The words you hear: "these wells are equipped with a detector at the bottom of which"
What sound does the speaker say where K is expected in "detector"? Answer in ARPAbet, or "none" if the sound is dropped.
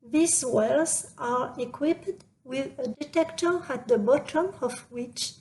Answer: K